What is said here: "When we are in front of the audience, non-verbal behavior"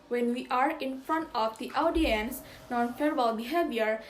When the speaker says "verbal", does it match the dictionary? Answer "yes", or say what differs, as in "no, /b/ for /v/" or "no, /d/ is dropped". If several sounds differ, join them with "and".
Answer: no, /f/ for /v/